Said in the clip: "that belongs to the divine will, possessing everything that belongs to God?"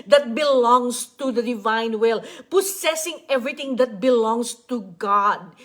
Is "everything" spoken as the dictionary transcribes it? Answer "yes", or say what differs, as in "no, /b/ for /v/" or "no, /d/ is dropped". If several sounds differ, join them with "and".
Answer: no, /t/ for /θ/